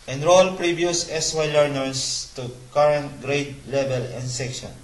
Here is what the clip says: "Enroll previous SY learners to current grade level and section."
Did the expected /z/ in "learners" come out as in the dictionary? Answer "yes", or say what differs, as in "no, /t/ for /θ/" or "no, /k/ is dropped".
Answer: no, /s/ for /z/